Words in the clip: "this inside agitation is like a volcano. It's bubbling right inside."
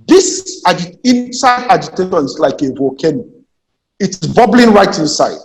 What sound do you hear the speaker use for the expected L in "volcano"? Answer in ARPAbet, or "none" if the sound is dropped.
none